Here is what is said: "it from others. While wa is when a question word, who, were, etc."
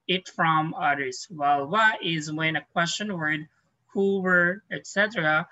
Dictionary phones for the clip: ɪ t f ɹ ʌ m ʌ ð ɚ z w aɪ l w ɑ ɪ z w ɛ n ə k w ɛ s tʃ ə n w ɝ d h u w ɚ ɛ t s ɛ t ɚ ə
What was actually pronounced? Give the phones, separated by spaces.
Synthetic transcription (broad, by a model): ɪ t f ɹ ʌ m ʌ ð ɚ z w aɪ l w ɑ ɪ z w ɛ n ə k w ɛ s tʃ ə n w ɝ d h u w ɚ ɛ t s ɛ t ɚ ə